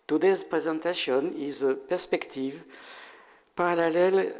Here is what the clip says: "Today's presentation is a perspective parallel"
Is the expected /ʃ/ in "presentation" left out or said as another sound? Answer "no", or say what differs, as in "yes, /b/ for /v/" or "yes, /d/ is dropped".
yes, /s/ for /ʃ/